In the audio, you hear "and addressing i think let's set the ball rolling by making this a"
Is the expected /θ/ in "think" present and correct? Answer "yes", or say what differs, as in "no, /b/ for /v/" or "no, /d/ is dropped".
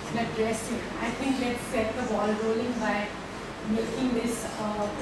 no, /t/ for /θ/